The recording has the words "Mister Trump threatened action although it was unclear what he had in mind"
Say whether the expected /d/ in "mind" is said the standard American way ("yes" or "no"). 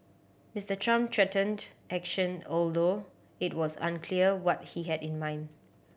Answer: yes